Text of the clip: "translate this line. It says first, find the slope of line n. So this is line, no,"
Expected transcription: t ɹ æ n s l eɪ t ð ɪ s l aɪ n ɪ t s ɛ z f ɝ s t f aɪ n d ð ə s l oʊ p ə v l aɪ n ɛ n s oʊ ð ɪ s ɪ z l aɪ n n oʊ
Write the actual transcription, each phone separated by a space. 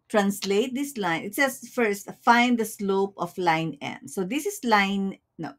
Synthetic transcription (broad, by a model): t ɹ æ n s l eɪ t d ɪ s l aɪ n ɪ t s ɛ s f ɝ s t f aɪ n d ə s l oʊ p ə f l aɪ n ɛ n s oʊ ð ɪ s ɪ s l aɪ n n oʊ